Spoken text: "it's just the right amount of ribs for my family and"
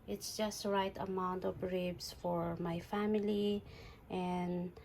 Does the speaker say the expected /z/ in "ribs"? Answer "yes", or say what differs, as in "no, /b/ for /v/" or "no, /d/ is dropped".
no, /s/ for /z/